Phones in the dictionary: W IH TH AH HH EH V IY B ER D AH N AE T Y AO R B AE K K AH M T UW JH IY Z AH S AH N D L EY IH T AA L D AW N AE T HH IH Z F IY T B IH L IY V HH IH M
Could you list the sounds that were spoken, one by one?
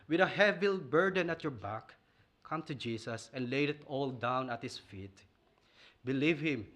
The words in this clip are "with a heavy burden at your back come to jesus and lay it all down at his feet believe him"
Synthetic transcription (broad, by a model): W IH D AH HH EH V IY B ER D AH N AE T Y AO R B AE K K AH M T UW JH IY S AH S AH N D L EY IH T AA L D AW N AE T HH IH S F IY T B IH L IY V HH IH M